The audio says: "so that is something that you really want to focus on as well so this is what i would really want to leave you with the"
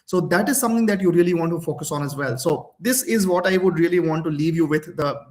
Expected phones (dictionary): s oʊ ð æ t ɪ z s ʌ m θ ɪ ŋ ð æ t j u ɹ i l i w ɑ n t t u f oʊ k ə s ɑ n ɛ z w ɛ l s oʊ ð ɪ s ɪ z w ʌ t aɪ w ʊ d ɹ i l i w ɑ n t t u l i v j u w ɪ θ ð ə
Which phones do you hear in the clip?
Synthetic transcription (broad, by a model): s oʊ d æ t ɪ z s ʌ m t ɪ ŋ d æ t j u ɹ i l i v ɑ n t t u f oʊ k ə s ɑ n ɛ z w ɛ l s oʊ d ɪ s ɪ z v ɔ t aɪ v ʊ d ɹ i l i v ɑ n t t u l i v j u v ɪ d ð ə